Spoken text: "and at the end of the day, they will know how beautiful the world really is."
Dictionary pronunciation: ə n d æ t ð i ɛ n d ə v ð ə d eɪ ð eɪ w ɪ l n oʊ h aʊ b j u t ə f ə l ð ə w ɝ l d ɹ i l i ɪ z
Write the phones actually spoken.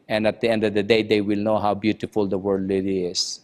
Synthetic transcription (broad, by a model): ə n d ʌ t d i ɛ n d ə v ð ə d eɪ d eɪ w ɪ l n oʊ h aʊ b j u t ə f ə l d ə w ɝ d l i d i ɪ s